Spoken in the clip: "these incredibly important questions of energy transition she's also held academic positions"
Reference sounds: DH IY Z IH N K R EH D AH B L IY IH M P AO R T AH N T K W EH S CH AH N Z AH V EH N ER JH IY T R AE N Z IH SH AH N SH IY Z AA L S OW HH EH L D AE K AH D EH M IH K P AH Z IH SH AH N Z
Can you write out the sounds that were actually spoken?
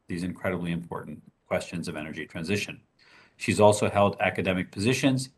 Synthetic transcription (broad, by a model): DH IY Z IH N K R EH D AH B L IY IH M P AO R T N K W EH S CH AH N Z AH V EH N ER JH IY T R AE N Z IH SH AH N SH IY Z AA L S OW HH EH L D AE K AH D EH M IH K P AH Z IH SH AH N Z